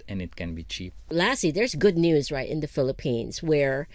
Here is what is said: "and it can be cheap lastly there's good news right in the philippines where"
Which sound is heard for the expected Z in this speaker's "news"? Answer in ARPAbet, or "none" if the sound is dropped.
Z